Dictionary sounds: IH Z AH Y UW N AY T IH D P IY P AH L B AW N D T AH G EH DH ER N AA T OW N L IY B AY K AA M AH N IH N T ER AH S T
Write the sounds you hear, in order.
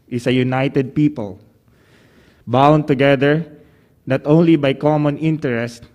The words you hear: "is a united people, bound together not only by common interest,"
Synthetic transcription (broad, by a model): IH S AH Y UW N AY T IH D P IY P AH L B AW N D T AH G EH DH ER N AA T OW N L IY B AY K AA M AH N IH N T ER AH S T